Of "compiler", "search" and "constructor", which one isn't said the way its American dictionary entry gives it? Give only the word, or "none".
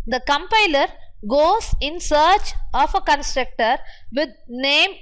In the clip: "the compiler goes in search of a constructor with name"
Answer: none